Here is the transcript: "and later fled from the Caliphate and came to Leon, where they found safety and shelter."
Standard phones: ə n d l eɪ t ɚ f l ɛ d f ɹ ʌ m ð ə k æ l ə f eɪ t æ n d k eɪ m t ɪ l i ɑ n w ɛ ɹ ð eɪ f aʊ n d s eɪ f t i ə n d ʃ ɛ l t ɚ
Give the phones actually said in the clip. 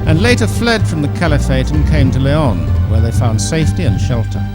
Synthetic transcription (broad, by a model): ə n l eɪ t ɚ f l ɛ d f ɹ ʌ m ð ə k æ l ə f eɪ t n k eɪ m t ɪ l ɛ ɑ n w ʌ ɹ ð eɪ f aʊ n d s eɪ f t i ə n ʃ ɛ l t ɚ